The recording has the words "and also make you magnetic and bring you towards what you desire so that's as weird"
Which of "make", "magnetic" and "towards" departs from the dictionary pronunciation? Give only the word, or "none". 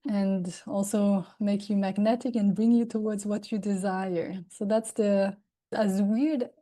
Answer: none